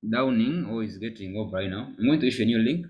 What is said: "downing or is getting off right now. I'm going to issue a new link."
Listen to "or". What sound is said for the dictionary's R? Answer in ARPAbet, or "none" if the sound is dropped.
L